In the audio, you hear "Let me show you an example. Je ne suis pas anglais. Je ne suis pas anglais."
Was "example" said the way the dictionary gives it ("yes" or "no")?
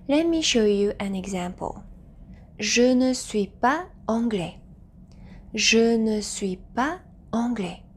yes